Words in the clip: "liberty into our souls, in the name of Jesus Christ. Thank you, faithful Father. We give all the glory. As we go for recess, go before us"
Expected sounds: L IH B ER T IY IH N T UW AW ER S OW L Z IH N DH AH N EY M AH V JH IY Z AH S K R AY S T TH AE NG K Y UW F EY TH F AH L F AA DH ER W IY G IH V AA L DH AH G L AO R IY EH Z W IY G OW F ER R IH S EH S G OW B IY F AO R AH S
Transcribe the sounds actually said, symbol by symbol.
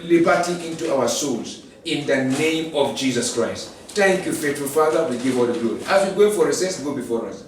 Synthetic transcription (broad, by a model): L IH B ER T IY IH N T UW AW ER S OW L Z IH N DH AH N EY M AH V JH IY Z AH S K R AY S T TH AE NG K Y UW F EY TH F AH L F AA DH ER W IY G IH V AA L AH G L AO IY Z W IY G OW F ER R IH S EH S G OW B IY F AO R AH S